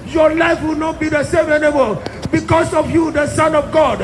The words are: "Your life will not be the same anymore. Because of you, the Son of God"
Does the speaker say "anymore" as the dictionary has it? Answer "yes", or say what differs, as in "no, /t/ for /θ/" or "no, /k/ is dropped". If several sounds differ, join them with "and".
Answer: no, /l/ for /ɹ/